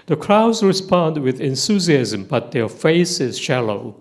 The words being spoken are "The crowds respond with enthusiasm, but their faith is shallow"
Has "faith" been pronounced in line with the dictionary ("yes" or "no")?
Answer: no